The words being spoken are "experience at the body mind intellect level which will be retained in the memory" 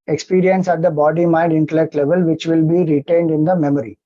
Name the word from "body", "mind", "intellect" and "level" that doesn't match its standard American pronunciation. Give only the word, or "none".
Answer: none